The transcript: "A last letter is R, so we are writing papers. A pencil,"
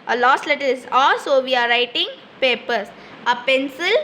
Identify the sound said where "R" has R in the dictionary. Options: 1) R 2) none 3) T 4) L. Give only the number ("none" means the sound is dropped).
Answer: 4